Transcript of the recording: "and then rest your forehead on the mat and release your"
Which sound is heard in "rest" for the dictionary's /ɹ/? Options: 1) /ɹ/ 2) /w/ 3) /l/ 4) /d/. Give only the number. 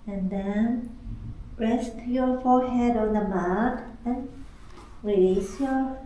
1